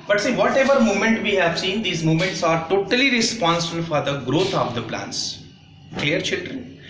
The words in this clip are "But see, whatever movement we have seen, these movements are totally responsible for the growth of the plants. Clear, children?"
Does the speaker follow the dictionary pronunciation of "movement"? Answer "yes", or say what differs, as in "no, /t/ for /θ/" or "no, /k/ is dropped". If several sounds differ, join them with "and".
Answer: no, /v/ is dropped